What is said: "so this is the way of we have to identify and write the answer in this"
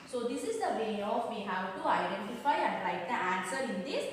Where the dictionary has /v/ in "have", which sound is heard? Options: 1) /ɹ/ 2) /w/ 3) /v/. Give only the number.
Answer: 2